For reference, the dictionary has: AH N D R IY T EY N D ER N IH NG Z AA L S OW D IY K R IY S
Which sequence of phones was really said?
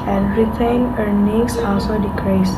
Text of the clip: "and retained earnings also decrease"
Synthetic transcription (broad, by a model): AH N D R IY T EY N ER N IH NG S AA L S OW D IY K R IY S